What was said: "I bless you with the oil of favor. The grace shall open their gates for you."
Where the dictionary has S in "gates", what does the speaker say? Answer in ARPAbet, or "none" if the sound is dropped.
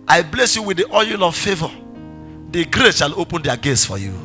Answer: S